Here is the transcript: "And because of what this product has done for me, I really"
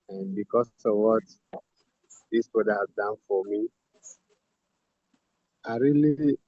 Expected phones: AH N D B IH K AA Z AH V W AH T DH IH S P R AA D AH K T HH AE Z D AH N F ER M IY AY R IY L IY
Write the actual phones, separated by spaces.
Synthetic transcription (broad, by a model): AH N B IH K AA S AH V W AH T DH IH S B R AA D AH HH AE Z D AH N F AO M IY AY R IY L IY